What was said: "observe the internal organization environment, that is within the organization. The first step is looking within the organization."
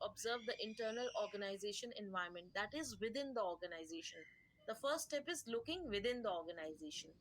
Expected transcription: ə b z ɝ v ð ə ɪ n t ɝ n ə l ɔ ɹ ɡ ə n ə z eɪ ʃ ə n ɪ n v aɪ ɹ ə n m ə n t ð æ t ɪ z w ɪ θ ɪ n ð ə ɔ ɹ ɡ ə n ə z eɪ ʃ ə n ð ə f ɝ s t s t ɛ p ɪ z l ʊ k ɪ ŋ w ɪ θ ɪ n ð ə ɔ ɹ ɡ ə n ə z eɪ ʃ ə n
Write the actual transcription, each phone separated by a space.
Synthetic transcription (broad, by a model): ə b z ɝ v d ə ɪ n t ɝ n ə l ɔ ɹ ɡ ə n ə z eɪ ʃ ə n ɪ n v aɪ ə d m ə n t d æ t ɪ z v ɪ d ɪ n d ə ɔ ɹ ɡ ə n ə z eɪ ʃ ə n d ə f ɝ t s t ɛ p ɪ z l ʊ k ɪ ŋ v ɪ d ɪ n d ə ɔ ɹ ɡ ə n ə z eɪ ʃ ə n